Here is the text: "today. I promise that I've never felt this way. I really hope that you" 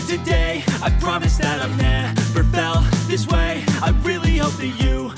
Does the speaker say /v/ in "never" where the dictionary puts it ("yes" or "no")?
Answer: no